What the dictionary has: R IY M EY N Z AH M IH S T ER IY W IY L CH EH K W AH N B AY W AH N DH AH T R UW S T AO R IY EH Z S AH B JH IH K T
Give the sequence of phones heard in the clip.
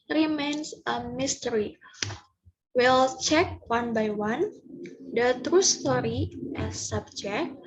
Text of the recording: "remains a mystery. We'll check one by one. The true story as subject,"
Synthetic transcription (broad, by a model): R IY M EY N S AH M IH S T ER IY W IY L CH EH K W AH N B AY W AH N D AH T R UW S T AO R IY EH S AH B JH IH K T